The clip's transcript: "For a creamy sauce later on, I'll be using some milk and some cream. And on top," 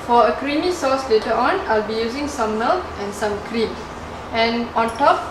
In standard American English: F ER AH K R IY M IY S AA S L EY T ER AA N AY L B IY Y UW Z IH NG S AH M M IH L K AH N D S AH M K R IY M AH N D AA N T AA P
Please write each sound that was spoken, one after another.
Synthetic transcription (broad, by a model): F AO AH K R IY M IY S AA S L EY T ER AA N AY L B IY Y UW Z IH NG S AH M M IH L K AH N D S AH M K R IY M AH N AA N T AA P